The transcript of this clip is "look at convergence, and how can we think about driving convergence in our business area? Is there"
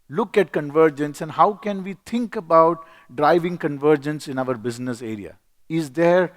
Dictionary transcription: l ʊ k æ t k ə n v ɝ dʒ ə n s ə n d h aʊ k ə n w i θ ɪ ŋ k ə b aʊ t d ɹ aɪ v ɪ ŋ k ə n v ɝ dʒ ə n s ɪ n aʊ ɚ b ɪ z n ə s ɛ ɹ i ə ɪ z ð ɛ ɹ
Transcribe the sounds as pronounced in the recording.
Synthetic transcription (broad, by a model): l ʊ k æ t k ə n v ɝ dʒ ə n s ə n d h aʊ k ə n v i t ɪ ŋ k ə b aʊ t d ɹ aɪ v ɪ ŋ k ə n v ɝ dʒ ə n s ɪ n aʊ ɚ b ɪ z n ə s ɛ ɹ i ə ɪ z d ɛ ɹ